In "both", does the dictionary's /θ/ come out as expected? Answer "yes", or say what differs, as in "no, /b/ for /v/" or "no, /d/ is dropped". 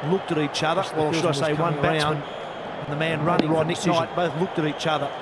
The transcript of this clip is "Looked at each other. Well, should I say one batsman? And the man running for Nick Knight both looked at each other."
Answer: yes